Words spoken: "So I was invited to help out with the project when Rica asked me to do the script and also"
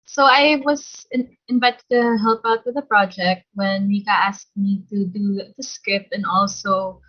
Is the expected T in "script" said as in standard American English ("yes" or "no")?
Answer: no